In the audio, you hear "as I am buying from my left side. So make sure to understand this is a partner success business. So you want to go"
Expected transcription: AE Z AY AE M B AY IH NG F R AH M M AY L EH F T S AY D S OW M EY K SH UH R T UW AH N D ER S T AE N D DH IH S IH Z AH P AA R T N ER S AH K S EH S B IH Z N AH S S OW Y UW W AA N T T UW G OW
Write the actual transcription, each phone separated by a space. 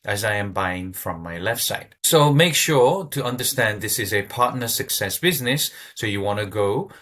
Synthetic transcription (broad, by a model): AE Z AY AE M B AY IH NG F R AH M M AY L EH F T S AY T S OW M EY K SH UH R T UW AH N D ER S T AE N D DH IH S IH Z AH P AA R T N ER S AH K S EH S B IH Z N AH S S OW Y UW W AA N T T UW G OW